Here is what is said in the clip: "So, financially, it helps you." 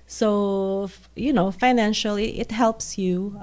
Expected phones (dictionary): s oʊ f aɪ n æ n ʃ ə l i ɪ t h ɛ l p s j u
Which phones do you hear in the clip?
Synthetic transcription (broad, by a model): s oʊ f aɪ n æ n ʃ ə l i ɪ t h ɛ l p s j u